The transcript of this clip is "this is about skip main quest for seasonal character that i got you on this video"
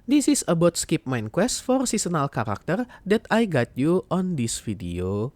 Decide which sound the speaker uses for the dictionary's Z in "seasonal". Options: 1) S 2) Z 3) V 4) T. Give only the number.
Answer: 1